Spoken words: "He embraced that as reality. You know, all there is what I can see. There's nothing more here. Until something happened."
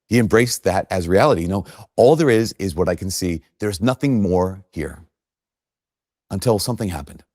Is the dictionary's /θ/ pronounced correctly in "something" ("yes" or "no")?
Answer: yes